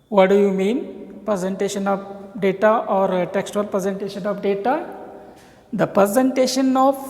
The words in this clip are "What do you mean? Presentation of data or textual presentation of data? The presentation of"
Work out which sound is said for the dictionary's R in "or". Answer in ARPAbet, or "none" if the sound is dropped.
R